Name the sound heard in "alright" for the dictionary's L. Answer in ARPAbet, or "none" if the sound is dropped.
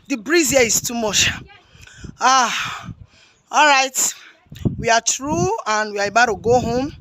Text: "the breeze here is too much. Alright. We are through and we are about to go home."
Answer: L